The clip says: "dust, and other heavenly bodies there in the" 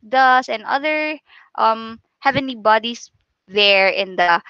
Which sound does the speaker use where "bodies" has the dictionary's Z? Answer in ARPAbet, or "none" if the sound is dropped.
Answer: S